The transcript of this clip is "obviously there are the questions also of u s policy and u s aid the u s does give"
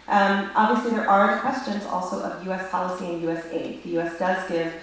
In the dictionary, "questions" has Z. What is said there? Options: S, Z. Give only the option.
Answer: Z